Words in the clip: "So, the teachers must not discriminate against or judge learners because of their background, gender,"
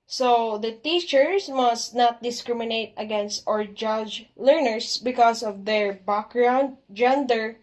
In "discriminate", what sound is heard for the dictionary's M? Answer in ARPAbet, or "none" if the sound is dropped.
M